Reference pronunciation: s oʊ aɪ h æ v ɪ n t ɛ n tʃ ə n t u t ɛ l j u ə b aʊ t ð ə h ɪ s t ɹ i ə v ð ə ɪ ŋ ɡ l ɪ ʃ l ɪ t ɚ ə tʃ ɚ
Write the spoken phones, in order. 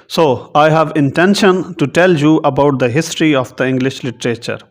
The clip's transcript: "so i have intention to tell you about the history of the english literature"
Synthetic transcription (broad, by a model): s oʊ aɪ h æ v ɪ n t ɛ n ʃ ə n t u t ɛ l j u ə b aʊ t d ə h ɪ s t ɹ i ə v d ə ɪ ŋ ɡ l ɪ ʃ l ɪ t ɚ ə tʃ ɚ